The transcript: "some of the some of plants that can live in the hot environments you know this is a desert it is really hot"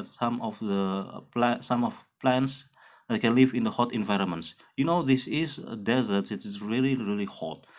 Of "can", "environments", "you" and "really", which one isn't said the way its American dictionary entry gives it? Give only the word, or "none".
none